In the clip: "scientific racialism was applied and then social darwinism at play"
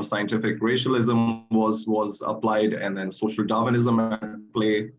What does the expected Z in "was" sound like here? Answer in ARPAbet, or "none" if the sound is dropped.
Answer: Z